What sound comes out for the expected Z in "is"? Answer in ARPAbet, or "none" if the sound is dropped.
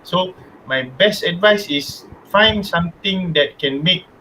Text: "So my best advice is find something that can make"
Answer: S